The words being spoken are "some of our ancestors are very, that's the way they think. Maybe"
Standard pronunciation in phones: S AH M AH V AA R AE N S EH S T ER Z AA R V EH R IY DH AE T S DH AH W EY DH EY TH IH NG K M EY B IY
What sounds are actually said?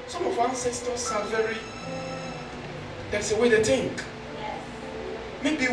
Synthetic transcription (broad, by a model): S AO M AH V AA N S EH S T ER S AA L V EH R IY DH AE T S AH W EY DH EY T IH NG K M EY B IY